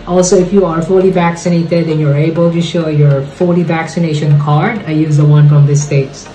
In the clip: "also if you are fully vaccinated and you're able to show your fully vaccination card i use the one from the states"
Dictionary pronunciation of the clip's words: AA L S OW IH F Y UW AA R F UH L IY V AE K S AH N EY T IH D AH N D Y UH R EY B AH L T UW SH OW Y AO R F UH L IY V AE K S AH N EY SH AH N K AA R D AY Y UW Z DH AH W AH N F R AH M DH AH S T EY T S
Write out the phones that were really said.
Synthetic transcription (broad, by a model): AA L S OW IH F Y UW AA R F UH L IY V AE K S AH N EY T IH D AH N Y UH R EY B AH L T UW SH OW Y AO R F UH L IY V AE K S AH N EY SH AH N K AA R D AY Y UW Z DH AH W AH N F R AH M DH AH S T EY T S